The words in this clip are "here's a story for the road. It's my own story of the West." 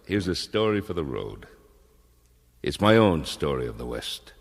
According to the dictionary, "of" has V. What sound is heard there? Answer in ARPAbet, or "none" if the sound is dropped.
V